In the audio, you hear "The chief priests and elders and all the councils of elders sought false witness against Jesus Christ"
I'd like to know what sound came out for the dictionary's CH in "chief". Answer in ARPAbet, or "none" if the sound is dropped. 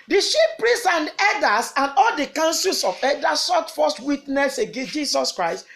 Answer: SH